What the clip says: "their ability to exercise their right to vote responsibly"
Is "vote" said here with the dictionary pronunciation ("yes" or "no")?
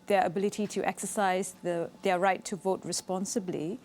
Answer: yes